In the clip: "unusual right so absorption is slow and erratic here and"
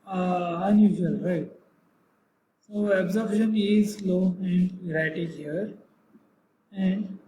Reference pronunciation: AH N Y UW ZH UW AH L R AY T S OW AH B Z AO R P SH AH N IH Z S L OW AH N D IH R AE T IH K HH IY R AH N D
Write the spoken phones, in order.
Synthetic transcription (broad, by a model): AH N Y UW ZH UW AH L R AY T S OW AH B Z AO R B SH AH N IH Z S L OW AH N D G R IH T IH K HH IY R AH N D